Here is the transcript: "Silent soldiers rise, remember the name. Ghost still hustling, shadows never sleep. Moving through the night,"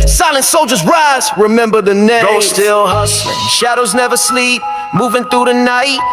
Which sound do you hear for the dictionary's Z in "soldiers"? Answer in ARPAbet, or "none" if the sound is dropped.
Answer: Z